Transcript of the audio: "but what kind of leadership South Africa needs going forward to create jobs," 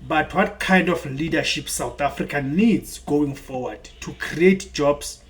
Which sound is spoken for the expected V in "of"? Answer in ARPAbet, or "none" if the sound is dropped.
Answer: F